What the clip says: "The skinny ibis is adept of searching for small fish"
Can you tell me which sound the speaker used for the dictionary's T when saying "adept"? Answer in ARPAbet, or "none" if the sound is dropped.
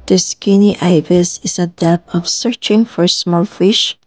none